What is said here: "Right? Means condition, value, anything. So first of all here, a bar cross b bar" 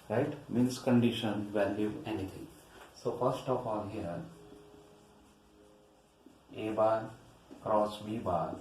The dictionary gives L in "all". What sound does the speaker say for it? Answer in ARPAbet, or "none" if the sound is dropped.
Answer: N